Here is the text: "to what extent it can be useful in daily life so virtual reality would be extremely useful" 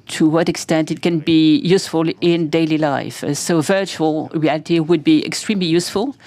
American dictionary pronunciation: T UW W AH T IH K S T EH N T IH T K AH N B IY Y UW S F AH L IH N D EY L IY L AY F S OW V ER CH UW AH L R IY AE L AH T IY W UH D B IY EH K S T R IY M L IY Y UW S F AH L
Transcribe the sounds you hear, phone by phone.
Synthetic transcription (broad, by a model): T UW W AH T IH K S T EH N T IH T K AH N B IY Y UW S F AH L IH N D EY L IY L AY F S OW V ER CH UW AH L R IY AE L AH T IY W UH D B IY EH K S T R IY M L IY Y UW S F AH L